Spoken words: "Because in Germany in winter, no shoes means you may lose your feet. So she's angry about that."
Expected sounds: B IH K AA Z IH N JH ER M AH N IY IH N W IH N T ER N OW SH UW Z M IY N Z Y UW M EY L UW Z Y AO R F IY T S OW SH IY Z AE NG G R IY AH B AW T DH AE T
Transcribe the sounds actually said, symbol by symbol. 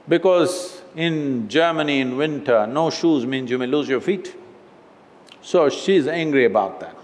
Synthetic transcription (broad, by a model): B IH K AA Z IH N JH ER M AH N IY IH N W IH N T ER N OW SH UW Z M IY N Z Y UW M EY L UW Z Y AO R F IY T S OW SH IY Z AE NG G R IY AH B AW T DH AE T